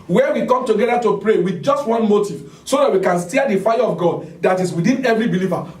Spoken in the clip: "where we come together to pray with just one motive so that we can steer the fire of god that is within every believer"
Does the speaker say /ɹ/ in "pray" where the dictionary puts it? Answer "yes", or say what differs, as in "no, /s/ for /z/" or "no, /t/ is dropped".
yes